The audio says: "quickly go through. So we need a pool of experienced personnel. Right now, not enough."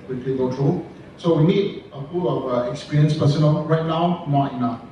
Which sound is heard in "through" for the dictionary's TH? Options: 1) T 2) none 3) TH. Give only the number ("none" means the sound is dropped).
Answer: 1